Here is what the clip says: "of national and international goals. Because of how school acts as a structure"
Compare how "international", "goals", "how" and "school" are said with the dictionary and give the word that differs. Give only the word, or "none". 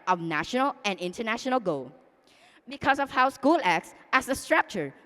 goals